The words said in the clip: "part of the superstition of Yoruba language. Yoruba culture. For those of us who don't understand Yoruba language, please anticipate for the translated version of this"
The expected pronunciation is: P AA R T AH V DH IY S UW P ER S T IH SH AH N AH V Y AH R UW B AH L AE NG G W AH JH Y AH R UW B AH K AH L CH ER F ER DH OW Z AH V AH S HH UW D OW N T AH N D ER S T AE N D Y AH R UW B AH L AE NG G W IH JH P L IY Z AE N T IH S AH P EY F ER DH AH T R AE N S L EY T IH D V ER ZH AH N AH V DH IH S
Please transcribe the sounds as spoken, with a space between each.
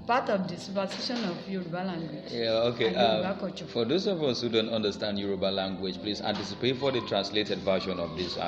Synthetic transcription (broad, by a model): P AA T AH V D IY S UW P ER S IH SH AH N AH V Y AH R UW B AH L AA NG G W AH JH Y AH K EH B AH K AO CH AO F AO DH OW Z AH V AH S HH UW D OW N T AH N D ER S T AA N D Y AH R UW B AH L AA NG G W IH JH P L IY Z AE N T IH S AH P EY F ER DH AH T R AE N S L EY T IH D V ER SH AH N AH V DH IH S